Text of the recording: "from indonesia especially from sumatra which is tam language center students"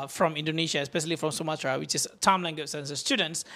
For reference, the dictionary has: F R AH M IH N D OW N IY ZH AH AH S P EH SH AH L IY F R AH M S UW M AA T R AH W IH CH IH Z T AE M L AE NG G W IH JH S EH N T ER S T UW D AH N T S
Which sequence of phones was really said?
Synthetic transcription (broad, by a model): F R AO M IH N D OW N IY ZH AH AH S P EH SH AH L IY F R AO M S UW M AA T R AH W IH CH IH S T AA M L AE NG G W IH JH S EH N S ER S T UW D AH N T S